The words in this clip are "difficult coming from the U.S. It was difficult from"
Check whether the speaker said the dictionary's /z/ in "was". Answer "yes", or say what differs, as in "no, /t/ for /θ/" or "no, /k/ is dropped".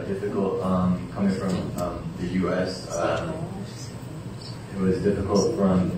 yes